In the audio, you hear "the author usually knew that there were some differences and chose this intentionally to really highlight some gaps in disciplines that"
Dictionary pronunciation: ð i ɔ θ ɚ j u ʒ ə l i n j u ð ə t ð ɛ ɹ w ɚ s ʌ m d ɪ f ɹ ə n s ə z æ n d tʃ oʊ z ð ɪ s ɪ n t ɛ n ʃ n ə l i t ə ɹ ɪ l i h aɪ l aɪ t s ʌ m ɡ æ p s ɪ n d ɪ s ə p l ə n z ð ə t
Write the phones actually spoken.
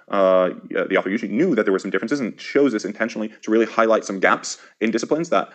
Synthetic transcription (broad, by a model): ð i ɔ θ ɚ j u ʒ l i n j u ð ə t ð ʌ w ɚ s ʌ m d ɪ f ɹ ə n s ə z n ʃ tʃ oʊ z ð ɪ s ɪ n t ɛ n ʃ n l i t ə ɹ ɪ l i h aɪ l aɪ t s ʌ m ɡ æ p s ɪ n d ɪ s ə p l ə n z ð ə t